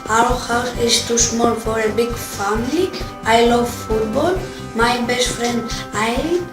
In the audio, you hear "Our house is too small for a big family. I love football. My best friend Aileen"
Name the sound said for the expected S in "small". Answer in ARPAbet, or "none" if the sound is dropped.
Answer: SH